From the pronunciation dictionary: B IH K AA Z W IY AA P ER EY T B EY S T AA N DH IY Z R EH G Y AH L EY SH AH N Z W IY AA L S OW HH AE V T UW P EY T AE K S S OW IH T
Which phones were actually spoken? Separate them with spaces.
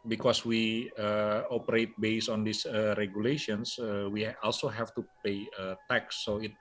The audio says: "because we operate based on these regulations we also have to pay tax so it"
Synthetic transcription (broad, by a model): B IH K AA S W IY AA P ER EY T B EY S AA N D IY S R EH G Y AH L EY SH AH N S W IY AA L S OW HH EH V T UW P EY T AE K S S OW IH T